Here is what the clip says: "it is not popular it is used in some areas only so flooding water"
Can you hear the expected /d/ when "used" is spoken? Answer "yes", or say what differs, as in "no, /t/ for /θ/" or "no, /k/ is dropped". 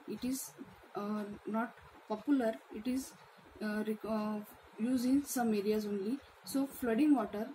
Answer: no, /d/ is dropped